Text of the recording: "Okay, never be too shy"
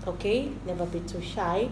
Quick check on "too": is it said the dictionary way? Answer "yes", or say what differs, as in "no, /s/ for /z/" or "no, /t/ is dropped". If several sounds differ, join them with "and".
no, /s/ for /t/